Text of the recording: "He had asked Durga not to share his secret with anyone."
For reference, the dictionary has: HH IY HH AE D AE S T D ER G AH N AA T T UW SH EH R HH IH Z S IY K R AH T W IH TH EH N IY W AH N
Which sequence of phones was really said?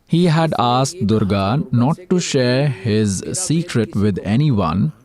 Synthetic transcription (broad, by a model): HH IY HH AE D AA S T D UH G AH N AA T T UW SH EH R HH IH Z S IY K R AH T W IH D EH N IY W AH N